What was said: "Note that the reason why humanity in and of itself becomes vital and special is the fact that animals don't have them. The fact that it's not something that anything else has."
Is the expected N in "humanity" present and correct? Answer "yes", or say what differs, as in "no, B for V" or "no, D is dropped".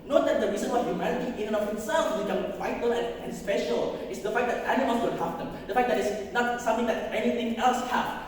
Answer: no, L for N